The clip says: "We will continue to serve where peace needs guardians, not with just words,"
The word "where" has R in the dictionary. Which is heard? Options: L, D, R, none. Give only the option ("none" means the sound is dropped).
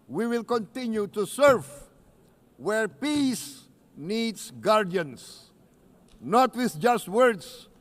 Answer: R